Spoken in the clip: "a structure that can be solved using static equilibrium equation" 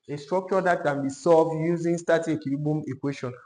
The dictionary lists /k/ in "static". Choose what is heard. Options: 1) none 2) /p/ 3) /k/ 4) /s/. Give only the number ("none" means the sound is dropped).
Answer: 1